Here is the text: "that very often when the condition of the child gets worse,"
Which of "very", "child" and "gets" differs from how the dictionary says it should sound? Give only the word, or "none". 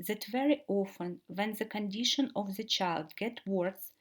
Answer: gets